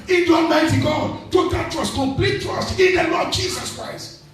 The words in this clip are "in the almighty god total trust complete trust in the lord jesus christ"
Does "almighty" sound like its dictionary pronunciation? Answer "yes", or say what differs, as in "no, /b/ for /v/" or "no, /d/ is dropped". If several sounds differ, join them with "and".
no, /l/ is dropped